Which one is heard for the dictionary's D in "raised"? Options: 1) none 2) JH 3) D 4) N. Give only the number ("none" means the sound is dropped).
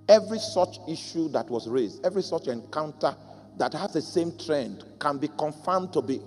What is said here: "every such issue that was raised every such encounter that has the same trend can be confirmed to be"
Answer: 3